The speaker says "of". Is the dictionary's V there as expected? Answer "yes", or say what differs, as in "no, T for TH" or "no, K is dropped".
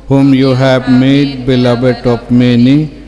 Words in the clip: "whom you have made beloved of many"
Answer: no, P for V